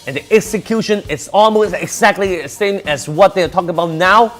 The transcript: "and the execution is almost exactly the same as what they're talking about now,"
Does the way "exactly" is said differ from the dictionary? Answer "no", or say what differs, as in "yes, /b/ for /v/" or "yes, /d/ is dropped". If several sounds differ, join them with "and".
no